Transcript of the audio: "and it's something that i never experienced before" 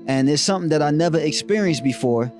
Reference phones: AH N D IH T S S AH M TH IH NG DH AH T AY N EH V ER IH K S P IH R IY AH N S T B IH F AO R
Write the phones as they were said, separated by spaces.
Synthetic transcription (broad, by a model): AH N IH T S S AH M TH IH NG DH AH T AY N EH V ER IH K S P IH R IY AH N S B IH F AO R